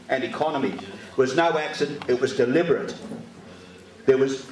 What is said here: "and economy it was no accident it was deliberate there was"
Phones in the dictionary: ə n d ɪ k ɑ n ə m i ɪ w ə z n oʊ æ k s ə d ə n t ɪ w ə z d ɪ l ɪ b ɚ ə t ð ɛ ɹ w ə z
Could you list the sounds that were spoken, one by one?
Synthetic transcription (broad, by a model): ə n ɪ k ɑ n ə m i w ə z n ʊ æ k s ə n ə t w ə z d ɪ l ɪ b ɚ ə t ð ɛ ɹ w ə z